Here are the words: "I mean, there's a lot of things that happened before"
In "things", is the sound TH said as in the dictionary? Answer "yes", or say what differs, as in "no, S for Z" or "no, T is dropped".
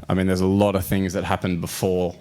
yes